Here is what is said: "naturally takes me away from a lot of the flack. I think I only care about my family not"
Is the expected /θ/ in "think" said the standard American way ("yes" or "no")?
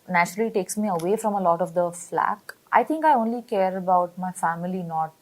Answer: no